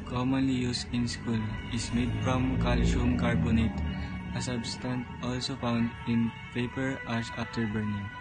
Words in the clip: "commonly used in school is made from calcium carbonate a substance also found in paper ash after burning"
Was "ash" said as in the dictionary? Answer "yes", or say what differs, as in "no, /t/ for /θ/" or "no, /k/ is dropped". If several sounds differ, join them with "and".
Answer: no, /s/ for /ʃ/